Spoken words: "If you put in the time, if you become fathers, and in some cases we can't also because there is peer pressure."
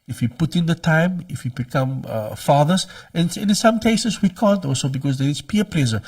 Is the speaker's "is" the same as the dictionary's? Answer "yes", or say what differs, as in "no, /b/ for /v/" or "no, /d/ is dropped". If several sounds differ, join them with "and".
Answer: no, /s/ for /z/